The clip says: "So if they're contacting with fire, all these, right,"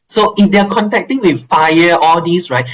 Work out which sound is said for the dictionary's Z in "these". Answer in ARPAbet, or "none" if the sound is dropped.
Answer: S